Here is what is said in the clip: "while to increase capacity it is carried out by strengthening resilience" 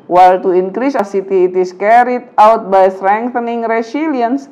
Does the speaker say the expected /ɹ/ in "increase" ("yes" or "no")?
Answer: yes